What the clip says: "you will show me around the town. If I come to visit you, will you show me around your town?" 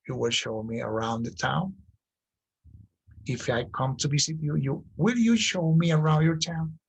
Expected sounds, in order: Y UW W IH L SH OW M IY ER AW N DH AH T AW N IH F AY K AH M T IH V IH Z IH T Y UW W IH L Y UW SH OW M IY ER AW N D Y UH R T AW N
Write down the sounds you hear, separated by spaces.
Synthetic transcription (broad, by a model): Y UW W IH L SH OW M IY ER AW N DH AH T AW N IH F AY K AH M T IH B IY S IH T Y UW W IH L Y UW SH OW M IY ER AW N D Y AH R T AW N